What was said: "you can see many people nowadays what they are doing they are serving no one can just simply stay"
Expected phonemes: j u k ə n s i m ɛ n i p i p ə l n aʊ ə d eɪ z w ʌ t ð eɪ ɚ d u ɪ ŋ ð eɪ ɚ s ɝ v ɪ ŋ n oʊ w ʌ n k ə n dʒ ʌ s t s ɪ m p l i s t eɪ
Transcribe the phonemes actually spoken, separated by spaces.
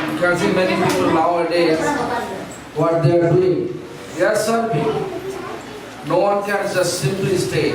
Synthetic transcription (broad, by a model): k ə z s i m ɛ n i p i p ə l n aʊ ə d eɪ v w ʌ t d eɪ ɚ d u ɪ ŋ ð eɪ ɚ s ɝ p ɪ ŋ n oʊ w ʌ n k ə n dʒ ʌ s t s ɪ m p l i s t eɪ